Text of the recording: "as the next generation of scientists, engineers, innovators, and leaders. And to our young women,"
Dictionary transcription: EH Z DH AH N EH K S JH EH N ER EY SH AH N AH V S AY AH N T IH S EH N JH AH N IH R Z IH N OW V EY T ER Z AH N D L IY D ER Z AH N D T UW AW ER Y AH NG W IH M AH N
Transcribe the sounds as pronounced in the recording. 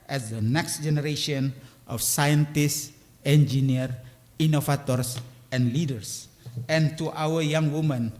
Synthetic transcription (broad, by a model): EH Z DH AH N EH K S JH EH N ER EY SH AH N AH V S AY AH N T IH S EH N JH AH N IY R IY N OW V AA T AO S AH N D L IY D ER S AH N T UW AW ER Y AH NG W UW M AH N